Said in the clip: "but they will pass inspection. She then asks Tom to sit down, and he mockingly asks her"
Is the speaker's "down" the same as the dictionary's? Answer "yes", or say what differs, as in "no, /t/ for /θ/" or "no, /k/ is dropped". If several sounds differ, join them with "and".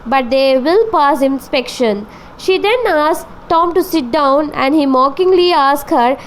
yes